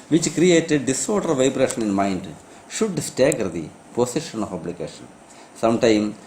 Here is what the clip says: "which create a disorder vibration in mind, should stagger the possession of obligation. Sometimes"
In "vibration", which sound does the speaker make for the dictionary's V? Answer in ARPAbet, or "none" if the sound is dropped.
V